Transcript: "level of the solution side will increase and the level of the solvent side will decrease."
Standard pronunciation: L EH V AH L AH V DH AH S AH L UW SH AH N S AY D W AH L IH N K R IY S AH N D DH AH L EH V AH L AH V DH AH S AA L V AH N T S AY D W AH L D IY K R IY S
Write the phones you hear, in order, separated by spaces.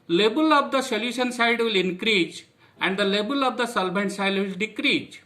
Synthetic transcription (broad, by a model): L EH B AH L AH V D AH S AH L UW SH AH N S AY D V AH L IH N K R IY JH AH N D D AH L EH B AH L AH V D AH S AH L B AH N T S AY D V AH L D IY K R IY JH